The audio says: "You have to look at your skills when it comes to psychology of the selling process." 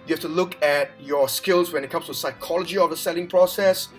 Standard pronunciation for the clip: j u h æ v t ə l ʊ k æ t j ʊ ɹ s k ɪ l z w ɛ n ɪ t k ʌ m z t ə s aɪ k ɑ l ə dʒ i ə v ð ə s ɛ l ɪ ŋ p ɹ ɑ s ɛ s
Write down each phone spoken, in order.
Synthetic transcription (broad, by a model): j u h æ f t ə l ʊ k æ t j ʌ ɹ s k ɪ l z w ɛ n ɪ t k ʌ m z t ə s aɪ k ɑ l ə dʒ i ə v ð ə s ɛ l ɪ ŋ p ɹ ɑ s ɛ s